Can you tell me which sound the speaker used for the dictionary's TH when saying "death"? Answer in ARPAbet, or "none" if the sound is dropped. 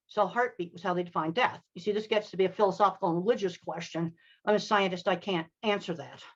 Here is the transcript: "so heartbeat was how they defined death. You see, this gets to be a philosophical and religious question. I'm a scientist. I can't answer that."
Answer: TH